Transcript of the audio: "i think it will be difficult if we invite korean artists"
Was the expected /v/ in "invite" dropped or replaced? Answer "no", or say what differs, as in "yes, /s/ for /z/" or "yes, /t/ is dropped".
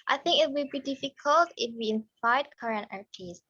yes, /f/ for /v/